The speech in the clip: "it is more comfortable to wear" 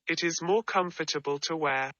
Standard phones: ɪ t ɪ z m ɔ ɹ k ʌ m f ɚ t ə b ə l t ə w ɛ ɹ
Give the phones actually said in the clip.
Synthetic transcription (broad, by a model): ɪ t ɪ z m ɔ k ʌ m f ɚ t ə b ə l t ə w ɛ